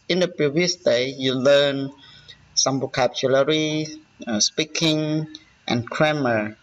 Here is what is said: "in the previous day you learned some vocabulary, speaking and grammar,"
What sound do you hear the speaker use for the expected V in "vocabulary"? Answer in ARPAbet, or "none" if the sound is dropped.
B